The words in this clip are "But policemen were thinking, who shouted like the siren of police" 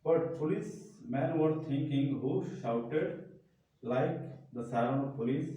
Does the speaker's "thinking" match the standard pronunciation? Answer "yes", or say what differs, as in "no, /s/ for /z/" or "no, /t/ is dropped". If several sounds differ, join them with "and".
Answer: no, /t/ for /θ/